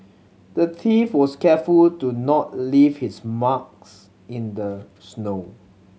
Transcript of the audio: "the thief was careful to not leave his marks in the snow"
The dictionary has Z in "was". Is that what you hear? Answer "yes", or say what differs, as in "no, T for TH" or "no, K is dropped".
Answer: no, S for Z